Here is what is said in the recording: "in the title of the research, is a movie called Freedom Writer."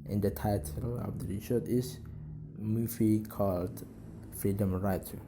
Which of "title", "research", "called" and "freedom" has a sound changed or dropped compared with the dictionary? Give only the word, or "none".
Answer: research